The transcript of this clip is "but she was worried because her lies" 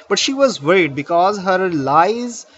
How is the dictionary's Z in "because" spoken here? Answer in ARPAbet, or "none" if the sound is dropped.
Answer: Z